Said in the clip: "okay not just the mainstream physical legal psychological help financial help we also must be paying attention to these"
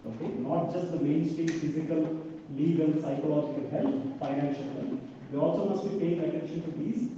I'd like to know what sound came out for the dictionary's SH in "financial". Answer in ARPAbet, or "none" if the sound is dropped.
SH